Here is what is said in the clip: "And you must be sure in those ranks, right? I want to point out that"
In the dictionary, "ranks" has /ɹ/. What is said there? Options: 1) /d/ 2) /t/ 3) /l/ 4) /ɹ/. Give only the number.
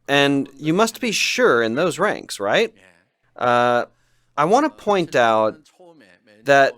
4